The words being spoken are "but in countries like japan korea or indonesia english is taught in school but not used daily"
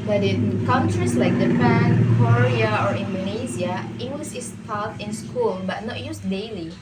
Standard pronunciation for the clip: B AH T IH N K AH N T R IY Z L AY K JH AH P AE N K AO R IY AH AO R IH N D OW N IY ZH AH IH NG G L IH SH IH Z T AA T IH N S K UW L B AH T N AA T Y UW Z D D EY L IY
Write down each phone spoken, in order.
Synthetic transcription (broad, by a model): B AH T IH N K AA N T R IY S L AY K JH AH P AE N K AO R IY AH AO R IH N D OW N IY Z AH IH NG G L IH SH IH S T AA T IH N S K UW L B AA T N AA T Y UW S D D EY L IY